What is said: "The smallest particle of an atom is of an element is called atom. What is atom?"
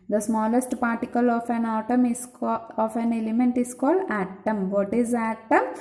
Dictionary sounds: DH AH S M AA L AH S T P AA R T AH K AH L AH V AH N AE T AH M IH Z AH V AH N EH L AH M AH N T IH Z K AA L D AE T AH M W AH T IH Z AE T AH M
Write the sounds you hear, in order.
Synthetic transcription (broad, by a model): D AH S M AA L AH S T P AA R T AH K AH L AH F AH N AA T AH M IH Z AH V AH N EH L AH M AH N T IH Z K AA L D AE T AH M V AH T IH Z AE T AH M